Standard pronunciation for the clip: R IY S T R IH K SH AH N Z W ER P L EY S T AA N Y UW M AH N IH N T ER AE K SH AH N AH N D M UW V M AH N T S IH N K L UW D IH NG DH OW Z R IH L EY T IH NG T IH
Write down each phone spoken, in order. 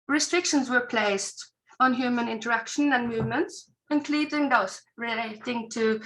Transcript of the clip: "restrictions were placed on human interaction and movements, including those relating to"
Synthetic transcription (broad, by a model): R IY S T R IH K SH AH N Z W ER P L EY S T N Y UW M AH N IH N T ER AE K SH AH N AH N M UW V M AH N T S IH N K L UW D IH NG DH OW S R IH L EY T IH NG T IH